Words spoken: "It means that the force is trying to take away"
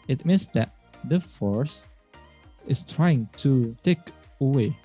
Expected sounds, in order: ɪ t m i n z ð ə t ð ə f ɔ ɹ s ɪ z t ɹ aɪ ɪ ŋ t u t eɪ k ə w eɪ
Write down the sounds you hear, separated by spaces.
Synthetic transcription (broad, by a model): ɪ t m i n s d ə t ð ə f ɔ ɹ s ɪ s t ɹ aɪ ɪ ŋ t u t eɪ k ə w eɪ